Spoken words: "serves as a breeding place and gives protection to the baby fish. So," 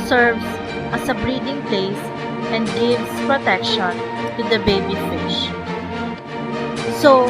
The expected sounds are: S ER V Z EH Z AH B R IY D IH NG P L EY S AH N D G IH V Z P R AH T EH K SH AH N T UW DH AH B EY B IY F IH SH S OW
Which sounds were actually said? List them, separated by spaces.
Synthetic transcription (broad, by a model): S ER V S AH S AH B R IY D IH NG P L EY S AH N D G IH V S P R AH T EH K SH AH N T UW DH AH B EY B IY F IH SH S OW